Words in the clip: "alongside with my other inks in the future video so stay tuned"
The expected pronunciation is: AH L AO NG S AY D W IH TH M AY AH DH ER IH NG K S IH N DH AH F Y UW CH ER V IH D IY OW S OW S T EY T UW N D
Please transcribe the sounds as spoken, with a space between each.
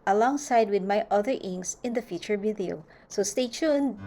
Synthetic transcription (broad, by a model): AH L AO NG S AY D W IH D M AY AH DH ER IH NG S IH N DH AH F Y UW CH ER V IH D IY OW S OW S T EY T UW N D